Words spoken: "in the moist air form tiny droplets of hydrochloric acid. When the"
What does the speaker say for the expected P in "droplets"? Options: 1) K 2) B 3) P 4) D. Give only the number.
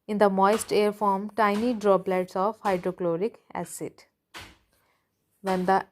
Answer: 2